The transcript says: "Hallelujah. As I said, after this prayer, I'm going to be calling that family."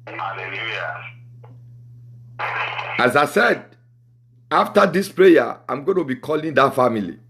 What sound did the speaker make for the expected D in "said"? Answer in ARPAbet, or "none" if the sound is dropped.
D